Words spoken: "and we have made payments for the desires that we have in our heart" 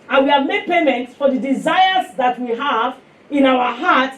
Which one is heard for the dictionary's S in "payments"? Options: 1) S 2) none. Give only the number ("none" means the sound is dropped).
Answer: 1